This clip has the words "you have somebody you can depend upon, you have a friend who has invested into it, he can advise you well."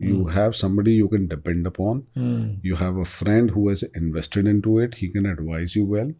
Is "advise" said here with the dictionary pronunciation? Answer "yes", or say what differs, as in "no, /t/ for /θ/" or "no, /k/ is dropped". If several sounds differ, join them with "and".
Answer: yes